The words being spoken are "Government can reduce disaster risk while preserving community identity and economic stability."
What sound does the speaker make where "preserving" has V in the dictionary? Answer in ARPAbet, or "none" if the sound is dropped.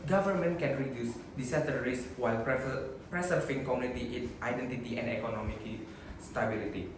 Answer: F